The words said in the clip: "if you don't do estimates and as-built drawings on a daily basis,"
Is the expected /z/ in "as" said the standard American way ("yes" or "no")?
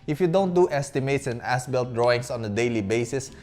no